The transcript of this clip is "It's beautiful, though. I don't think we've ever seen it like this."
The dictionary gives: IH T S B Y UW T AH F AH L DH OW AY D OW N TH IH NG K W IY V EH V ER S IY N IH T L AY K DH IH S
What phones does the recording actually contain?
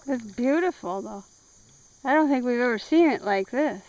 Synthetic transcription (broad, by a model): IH T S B Y UW T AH F L DH OW AY D OW N TH IH NG K W IY V EH V ER S IY N IH T L AY K DH IH S